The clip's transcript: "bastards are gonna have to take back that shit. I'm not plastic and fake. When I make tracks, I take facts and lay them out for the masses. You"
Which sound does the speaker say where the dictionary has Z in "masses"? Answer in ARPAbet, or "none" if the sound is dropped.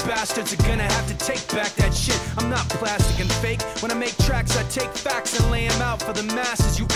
Z